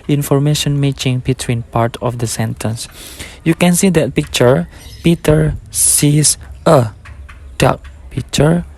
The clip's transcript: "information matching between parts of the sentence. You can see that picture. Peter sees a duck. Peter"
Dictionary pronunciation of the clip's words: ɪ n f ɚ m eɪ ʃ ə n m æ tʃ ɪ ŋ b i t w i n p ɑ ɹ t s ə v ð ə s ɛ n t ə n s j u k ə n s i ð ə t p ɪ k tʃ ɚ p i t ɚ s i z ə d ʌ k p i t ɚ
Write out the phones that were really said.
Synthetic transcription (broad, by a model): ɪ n f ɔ m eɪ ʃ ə n m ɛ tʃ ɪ ŋ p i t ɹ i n p ɑ ɹ t ə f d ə s ɛ n t ə n s j u k ə n s i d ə t p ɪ k tʃ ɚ p i t ɚ s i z ə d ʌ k p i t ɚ